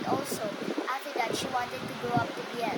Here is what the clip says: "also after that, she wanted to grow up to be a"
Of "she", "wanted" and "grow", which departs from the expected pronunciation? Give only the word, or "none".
grow